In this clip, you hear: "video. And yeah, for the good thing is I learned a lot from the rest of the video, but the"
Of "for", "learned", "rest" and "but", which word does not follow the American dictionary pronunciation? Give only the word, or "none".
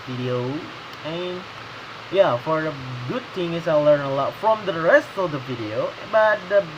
learned